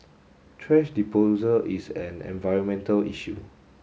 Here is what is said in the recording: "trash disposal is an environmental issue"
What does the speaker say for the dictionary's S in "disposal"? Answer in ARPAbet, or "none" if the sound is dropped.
none